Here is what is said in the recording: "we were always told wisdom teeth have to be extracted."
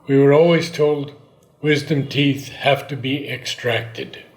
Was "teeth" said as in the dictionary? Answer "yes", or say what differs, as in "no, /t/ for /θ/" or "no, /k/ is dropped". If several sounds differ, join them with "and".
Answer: yes